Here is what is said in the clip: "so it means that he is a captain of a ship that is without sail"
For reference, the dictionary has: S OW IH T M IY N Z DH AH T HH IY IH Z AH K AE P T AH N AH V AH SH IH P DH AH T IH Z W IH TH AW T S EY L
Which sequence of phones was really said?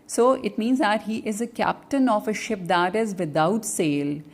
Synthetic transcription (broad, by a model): S OW IH T M IY N Z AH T HH IY IH Z AH K AE P T AH N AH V AH SH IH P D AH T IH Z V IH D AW T S EY L